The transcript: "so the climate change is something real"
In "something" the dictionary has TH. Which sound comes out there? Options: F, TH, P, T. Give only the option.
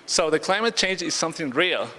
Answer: TH